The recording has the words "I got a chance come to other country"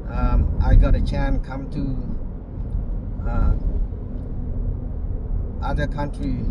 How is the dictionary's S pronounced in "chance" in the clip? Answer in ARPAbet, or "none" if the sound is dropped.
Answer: none